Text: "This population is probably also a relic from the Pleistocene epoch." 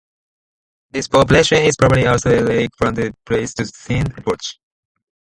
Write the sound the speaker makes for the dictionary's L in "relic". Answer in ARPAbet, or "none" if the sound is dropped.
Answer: none